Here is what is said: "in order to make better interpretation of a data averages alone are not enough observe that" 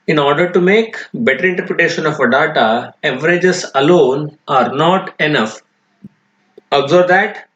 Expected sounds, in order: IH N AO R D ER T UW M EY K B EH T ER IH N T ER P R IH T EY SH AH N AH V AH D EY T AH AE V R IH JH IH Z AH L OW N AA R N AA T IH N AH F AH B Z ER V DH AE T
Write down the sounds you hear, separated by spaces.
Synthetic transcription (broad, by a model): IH N AO R D ER T UW M EY K B EH T ER IH N T ER P R IH T EY SH AH N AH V AH D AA T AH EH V R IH JH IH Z AH L OW N AA R N AA T IH N AH F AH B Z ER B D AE T